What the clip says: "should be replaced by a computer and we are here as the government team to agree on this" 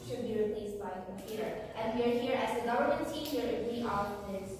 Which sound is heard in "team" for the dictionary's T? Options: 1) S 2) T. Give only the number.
1